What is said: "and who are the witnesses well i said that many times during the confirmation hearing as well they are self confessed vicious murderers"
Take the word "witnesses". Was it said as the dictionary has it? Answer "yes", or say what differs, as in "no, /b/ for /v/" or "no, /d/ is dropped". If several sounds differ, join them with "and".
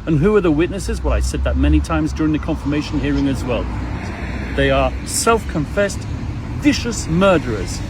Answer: yes